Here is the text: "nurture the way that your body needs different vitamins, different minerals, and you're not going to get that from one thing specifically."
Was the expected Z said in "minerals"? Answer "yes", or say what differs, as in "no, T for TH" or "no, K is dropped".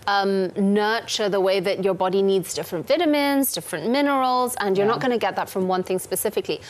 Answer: yes